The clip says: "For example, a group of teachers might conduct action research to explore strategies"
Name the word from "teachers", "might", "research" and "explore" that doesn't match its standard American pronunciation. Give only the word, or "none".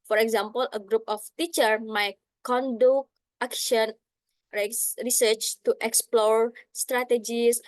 teachers